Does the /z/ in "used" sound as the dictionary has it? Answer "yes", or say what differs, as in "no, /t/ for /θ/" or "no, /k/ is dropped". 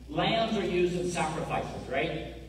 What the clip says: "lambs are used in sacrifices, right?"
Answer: yes